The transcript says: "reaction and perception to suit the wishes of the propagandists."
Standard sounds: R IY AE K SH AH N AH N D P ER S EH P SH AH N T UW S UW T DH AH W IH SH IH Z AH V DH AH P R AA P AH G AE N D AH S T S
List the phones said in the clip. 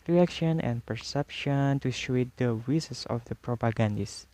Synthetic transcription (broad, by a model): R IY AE K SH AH N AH N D P ER S EH P SH AH N T UW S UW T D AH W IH S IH S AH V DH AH P R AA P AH G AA N D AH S S